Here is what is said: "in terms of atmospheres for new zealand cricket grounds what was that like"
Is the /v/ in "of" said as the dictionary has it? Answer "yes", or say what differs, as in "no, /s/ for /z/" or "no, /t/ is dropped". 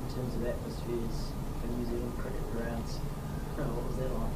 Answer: yes